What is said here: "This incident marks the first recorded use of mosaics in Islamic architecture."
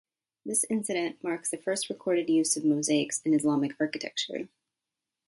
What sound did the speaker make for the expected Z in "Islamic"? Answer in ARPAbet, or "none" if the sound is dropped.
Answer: Z